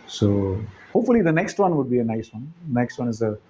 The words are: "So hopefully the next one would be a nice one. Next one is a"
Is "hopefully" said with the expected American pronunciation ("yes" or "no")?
yes